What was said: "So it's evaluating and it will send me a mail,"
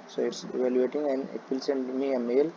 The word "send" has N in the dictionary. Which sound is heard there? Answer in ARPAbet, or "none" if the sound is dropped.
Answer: N